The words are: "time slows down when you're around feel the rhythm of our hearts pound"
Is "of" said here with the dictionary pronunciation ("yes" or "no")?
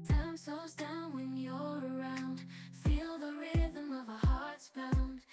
yes